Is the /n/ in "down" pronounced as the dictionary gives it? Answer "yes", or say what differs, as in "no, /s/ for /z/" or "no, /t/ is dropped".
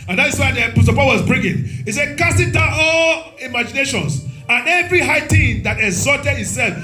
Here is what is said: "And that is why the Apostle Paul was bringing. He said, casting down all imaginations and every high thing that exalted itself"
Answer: no, /n/ is dropped